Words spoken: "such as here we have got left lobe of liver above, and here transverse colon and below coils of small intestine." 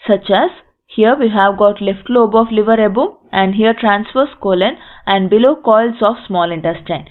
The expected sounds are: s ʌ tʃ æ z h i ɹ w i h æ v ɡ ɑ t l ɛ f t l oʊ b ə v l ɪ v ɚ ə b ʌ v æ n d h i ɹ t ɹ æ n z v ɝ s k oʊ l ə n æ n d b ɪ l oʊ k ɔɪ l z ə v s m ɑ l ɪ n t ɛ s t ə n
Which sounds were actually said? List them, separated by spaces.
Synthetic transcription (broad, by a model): s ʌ tʃ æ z h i ɹ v i h æ v ɡ ɑ t l ɛ f t l oʊ b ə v l ɪ v ɚ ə b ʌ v æ n d h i ɹ t ɹ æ n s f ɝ s k oʊ l ə n æ n d b ɪ l oʊ k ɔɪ l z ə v s m ɑ l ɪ n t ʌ s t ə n